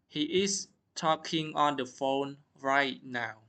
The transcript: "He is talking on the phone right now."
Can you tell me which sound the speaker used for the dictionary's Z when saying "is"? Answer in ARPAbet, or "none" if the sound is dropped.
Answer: S